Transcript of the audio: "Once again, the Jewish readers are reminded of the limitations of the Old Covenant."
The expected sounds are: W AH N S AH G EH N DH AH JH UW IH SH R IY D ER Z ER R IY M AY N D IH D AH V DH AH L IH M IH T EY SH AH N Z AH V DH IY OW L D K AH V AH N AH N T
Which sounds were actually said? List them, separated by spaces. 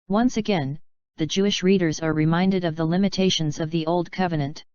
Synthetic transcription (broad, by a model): W AH N S AH G EH N DH AH JH UW IH SH R IY D ER Z ER R IY M AY N D IH D AH V DH AH L IH M IH T EY SH AH N Z AH V DH IY OW L D K AH V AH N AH N T